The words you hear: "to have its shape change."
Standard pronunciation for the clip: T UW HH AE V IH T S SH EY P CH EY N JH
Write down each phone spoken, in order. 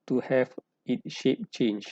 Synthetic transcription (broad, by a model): T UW HH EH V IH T SH EY P CH EY N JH